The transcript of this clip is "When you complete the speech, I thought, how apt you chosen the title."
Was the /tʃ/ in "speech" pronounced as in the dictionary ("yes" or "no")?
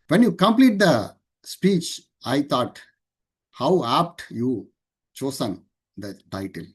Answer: yes